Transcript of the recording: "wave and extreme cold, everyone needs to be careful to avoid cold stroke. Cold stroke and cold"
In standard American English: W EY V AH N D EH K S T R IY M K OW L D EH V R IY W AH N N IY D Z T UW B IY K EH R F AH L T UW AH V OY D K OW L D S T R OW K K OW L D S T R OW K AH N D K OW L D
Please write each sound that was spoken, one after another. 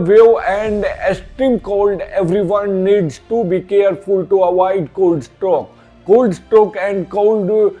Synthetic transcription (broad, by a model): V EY AH N D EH S T IY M K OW L D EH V R IY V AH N N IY D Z T UW B IY K EH R F AH L T UW AH V OY D K OW L D S T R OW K K OW L D S T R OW K AH N D K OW L D